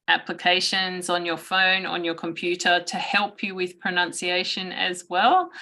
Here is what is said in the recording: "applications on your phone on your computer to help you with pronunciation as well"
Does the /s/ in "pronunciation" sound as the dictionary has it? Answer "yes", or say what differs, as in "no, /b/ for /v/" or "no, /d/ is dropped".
yes